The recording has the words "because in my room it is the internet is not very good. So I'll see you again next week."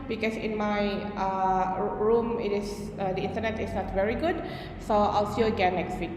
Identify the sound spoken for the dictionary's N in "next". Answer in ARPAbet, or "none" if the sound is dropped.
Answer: L